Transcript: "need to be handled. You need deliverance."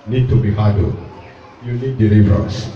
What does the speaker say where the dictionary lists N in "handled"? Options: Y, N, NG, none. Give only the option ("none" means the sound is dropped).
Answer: none